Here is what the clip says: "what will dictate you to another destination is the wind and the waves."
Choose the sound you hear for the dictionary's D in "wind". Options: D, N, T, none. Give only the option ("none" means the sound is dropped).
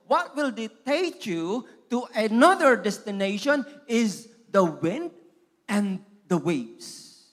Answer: D